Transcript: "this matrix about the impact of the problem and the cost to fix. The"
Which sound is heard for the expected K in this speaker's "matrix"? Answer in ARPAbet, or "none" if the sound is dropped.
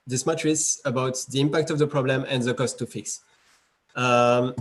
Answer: none